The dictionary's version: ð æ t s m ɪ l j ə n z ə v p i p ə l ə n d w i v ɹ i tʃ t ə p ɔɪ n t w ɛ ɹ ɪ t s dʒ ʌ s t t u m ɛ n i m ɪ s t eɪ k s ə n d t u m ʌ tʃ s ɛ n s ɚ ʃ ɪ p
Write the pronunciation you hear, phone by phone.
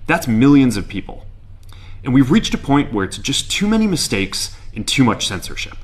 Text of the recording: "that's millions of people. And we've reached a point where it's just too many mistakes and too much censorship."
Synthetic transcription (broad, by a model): ð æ t s m ɪ l j ə n z ə v p i p l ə n w i v ɹ i tʃ t ə p ɔɪ n t w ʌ ɹ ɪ t s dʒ ʌ s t t u m ɛ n i m ɪ s t eɪ k s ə n t u m ʌ tʃ s ɛ n s ɚ ʃ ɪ p